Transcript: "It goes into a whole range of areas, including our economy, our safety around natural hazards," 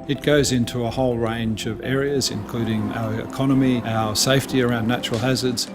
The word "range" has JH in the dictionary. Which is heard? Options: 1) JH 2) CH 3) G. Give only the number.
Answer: 1